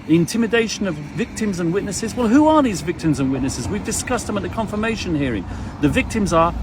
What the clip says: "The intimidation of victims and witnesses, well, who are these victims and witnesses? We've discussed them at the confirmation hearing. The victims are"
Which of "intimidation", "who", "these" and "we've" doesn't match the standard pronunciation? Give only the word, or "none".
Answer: none